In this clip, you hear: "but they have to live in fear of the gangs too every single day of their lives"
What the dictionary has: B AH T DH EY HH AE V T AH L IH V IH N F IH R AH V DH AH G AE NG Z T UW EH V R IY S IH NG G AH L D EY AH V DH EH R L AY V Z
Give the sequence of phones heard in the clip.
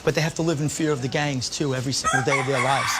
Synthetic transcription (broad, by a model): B AH T DH EY HH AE F T AH L IH V IH N F IH R AH V DH AH G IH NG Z T UW EH V R IY S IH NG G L D EY AH V DH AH R L AY V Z